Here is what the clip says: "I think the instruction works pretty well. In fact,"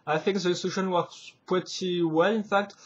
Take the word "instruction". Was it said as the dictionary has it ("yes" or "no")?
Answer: no